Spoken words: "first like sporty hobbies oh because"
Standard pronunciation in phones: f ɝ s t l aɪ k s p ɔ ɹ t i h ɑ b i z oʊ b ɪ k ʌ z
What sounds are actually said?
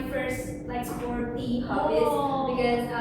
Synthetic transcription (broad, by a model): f ɝ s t l aɪ k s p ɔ ɹ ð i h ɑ i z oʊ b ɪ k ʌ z